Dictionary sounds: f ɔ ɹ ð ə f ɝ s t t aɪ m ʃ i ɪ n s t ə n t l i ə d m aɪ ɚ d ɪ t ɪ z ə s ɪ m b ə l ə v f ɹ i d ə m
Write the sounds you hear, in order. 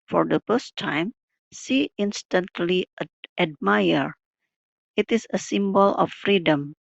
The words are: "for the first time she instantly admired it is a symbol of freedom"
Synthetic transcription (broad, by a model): f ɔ ɹ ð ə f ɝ s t t aɪ m s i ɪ n s t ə n t l i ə d m aɪ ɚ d ɪ t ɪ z ə s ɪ m b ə l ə f f ɹ i d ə m